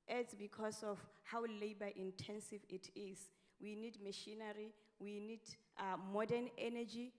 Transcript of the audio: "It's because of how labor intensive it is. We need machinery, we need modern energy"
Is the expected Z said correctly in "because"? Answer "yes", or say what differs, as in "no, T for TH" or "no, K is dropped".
no, S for Z